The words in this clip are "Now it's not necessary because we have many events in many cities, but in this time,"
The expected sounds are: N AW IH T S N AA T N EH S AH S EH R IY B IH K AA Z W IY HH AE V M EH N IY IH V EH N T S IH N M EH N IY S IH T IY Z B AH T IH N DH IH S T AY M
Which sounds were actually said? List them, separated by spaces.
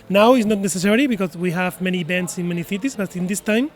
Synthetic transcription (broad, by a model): N AW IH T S N AA T N EH S AH S EH R IY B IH K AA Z W IY HH AE V M EH N IY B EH N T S IH N M EH N IY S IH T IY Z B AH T IH N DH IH S T AY M